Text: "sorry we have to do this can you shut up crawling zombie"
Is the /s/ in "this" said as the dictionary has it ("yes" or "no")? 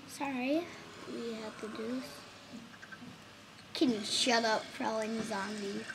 no